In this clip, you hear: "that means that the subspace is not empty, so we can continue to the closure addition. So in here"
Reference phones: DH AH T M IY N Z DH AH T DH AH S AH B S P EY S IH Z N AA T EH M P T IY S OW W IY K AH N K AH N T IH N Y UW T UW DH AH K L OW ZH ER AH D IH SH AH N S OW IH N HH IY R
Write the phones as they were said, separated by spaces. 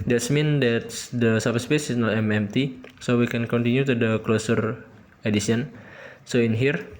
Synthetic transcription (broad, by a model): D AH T M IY N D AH T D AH S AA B S P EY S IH S N AA T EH M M T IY S OW W IY K AH N K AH N T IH N Y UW T UW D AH K L OW S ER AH D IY S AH N S OW IH N HH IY R